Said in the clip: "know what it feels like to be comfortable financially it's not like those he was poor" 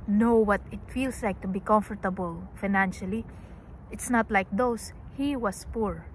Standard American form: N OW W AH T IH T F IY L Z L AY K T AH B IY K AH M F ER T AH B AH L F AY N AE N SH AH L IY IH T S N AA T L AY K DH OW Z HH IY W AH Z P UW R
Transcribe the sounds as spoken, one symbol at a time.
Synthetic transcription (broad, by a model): N OW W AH T IH T F IY L S L AY K T AH B IY K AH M F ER T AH B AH L F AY N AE N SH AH L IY IH T S N AA T L AY K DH OW S HH IY W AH S P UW R